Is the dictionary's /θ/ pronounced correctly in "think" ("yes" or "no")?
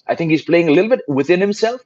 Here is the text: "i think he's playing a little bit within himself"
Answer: yes